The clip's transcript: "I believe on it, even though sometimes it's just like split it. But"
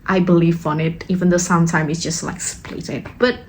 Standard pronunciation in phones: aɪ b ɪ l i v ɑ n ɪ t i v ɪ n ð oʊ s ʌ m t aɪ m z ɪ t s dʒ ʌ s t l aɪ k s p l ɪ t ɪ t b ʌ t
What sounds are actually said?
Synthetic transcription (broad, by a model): aɪ b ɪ l i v ɑ n ɪ t i v ɪ n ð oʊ s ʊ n t aɪ m ɪ t s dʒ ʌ s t l aɪ k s p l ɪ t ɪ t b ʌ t